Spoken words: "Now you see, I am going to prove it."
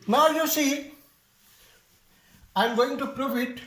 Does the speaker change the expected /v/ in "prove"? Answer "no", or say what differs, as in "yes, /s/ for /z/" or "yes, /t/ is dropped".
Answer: yes, /f/ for /v/